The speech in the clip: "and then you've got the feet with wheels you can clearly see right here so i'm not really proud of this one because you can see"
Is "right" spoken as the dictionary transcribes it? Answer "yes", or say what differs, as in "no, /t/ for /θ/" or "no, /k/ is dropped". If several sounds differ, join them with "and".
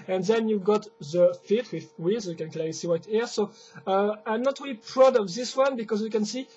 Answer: no, /w/ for /ɹ/